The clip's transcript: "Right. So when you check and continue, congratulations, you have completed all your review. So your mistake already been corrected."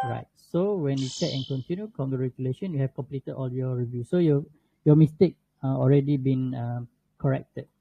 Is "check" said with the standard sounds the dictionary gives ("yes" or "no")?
no